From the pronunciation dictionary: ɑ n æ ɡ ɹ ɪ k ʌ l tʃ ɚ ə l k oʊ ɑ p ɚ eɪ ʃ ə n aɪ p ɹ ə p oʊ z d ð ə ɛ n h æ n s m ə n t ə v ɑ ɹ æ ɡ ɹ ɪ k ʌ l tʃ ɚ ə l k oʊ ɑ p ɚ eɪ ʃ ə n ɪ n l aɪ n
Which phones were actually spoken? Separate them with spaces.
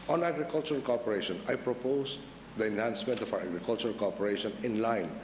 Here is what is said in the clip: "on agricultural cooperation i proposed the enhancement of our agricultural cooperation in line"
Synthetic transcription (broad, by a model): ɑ n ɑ ɡ ɹ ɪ k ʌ l tʃ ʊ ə l k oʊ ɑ p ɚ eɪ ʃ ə n aɪ p ɹ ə p oʊ s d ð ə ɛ n h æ n s m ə n t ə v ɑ w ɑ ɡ ɹ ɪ k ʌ l tʃ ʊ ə l k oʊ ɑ p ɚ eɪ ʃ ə n ɪ n l aɪ n